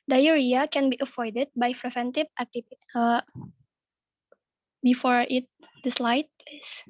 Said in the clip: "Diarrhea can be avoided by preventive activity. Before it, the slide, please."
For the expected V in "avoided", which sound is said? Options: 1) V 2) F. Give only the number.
2